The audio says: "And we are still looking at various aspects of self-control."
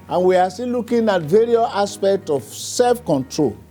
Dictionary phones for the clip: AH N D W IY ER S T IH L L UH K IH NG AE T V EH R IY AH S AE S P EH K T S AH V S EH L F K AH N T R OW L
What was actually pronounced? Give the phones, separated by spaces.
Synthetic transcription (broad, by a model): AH N W IY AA S T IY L L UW K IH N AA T V EH R IY AH S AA S P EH K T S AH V S EH L F K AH N T R OW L